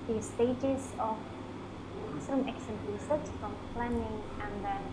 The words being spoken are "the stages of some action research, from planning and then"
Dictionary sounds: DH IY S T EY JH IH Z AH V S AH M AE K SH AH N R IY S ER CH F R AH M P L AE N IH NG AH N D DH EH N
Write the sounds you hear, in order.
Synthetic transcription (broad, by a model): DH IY S T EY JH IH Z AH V S AH M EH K S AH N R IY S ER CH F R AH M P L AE N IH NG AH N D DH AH